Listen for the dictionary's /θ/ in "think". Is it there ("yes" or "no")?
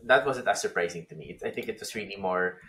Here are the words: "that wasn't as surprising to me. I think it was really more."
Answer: yes